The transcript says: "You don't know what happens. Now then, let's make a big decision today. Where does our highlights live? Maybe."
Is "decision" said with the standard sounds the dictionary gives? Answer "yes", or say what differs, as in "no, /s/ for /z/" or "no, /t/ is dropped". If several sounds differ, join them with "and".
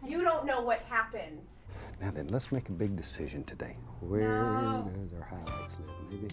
yes